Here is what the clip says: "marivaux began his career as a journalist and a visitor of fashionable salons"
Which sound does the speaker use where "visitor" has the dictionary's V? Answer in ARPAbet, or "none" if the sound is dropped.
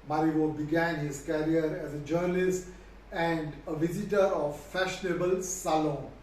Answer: V